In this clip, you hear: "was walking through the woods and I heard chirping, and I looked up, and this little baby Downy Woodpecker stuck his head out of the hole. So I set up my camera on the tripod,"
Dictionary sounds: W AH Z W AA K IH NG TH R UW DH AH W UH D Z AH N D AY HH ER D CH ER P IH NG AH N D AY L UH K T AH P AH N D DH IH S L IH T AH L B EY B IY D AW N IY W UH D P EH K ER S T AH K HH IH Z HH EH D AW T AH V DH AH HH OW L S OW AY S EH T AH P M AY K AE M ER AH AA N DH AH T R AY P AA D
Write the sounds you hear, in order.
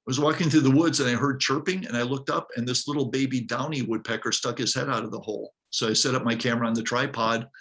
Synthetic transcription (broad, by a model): W AH Z W AA K IH NG TH R UW DH AH W UH D Z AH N AY HH ER D CH ER P IH NG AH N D AY L UH K T AH P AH N DH IH S L IH T L B EY B IY D AW N IY W UH D P EH K ER S T AH K HH IH Z HH EH D AW T AH V DH AH HH OW L S OW AY S EH T AH P M AY K AE M ER AH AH N DH AH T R AY P AA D